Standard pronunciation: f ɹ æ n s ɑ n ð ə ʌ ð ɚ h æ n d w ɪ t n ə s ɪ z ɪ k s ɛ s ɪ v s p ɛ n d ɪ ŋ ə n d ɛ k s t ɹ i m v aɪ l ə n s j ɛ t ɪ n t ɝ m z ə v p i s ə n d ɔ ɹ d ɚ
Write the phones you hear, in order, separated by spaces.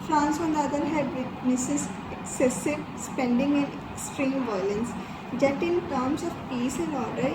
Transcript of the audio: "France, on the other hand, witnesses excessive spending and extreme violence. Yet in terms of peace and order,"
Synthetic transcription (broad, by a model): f ɹ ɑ n s ɑ n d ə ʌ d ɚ h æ d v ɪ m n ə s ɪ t ɪ k s ɛ s ɪ v s p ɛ n d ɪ ŋ ə n d ɛ k s t ɹ i m v aɪ l ə n s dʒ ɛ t ɪ n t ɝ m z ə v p i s ə n d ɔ ɹ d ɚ